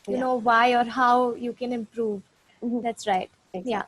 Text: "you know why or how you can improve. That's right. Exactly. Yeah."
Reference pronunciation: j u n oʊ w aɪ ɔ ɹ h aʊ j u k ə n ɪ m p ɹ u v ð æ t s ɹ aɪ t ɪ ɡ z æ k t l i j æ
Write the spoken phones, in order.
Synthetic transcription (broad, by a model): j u n oʊ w aɪ ɔ ɹ h aʊ j u k ə n ɪ m p ɹ u v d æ t s ɹ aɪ ɪ t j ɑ